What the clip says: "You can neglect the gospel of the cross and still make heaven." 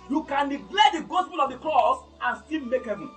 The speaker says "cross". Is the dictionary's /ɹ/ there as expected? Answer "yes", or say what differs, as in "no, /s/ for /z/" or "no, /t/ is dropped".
no, /l/ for /ɹ/